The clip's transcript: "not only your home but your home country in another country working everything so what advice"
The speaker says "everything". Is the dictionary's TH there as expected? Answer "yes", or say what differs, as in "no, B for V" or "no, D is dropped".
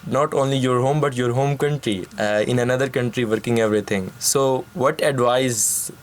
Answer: no, T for TH